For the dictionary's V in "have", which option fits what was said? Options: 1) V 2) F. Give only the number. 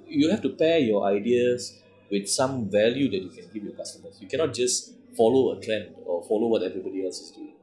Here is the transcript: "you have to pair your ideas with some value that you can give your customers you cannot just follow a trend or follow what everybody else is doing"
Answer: 2